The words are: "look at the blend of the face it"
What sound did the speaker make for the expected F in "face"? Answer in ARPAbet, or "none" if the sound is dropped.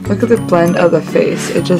F